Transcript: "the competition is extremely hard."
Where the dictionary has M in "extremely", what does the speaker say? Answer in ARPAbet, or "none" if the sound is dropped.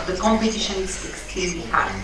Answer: none